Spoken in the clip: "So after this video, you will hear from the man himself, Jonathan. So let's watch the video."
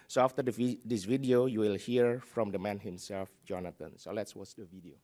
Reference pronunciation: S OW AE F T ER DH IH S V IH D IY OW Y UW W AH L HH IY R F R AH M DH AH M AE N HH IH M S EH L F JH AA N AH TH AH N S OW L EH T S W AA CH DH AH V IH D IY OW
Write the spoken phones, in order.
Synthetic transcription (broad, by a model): S OW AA F T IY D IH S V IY D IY OW Y UW W AH L HH IY R F R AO M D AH M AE N HH IH M S EH L F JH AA N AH T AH N S OW L EH T S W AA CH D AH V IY D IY OW